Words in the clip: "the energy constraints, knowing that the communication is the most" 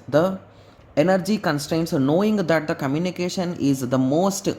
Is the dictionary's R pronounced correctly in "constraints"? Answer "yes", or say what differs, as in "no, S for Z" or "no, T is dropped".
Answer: yes